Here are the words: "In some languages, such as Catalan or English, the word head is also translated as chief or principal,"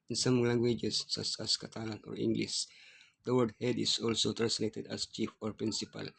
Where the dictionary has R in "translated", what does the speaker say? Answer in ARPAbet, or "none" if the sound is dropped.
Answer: none